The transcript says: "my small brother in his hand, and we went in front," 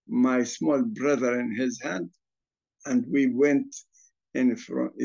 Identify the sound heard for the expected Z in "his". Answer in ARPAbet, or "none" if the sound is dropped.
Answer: Z